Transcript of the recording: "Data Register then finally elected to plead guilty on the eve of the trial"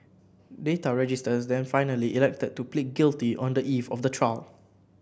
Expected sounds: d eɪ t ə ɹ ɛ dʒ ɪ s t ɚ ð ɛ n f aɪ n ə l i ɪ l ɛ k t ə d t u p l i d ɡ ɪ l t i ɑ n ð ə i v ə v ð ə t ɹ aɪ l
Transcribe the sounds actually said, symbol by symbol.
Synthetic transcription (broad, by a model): d eɪ t ə ɹ ɛ dʒ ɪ s t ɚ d ɛ n f aɪ n ə l i ɪ l ɛ k t ə d t u p l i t ɡ ɪ l t i ɑ n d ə i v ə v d ə t ɹ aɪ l